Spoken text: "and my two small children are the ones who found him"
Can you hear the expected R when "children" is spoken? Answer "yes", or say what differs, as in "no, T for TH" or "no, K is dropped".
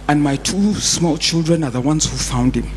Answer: yes